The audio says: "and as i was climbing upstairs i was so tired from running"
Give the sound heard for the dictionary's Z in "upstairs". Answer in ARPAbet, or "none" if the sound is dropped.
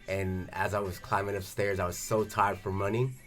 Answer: Z